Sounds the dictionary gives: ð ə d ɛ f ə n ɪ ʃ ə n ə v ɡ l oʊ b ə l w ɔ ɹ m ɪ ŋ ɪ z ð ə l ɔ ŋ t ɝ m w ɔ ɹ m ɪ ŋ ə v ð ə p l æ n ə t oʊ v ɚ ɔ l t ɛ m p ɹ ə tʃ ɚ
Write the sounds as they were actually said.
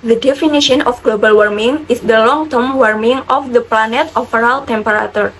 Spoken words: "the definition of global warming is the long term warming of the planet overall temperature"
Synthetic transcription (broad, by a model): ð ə d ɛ f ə n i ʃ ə n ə f ɡ l oʊ b ə l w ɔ ɹ m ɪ ŋ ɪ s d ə l ɔ ŋ t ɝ m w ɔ ɹ m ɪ ŋ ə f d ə p l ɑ n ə t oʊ f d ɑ l t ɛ m p ɹ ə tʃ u